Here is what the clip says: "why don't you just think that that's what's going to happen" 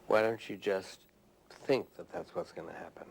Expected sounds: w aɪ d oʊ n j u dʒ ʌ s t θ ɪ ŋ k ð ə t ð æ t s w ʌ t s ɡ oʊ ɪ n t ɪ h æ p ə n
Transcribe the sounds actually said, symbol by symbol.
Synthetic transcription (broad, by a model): w aɪ d oʊ n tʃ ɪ dʒ ʌ s t θ ɪ ŋ k ð ə t ð æ t s w ʌ t s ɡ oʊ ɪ n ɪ h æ p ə n